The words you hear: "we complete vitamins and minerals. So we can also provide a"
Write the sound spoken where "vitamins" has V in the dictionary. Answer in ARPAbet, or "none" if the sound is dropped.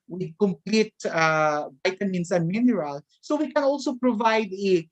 B